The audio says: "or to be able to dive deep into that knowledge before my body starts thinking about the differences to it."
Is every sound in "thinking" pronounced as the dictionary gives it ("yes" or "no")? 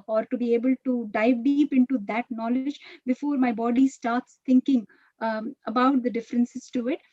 no